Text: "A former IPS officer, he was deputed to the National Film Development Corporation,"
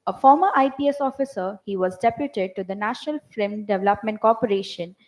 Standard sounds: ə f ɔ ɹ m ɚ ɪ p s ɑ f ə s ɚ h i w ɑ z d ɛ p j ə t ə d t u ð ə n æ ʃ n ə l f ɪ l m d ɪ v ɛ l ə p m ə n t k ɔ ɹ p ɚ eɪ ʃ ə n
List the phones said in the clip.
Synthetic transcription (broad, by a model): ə f ɔ ɹ m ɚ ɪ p s ɑ f ə s ɚ h i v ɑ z d ɛ p j ə t ə d t u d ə n æ ʃ n ə l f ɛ m d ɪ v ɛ l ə p m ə n t k ɔ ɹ p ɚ eɪ ʃ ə n